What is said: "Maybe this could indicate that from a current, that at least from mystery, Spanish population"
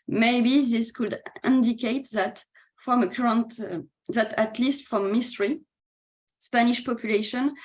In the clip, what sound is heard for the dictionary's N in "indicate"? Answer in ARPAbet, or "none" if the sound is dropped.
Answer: N